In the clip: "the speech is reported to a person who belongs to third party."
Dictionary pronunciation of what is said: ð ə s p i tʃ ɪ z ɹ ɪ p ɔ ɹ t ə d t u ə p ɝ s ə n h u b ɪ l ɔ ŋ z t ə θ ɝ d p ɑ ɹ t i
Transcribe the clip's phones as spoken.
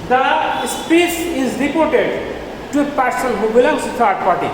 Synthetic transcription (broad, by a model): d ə s p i s ɪ z ɹ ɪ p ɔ ɹ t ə d t u ə p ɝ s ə n h u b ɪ l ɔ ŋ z t ə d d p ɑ ɹ t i